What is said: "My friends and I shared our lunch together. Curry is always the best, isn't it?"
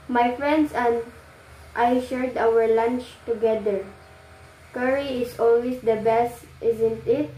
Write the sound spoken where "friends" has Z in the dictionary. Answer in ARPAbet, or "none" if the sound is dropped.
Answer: S